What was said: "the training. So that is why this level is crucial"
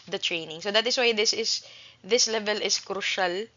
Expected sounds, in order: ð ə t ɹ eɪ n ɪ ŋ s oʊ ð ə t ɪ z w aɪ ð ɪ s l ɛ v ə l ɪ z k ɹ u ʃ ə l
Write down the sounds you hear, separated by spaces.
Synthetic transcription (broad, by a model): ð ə t ɹ eɪ n ɪ ŋ s oʊ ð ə t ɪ s w aɪ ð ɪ s l ɛ v ə l ɪ s k ɹ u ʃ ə l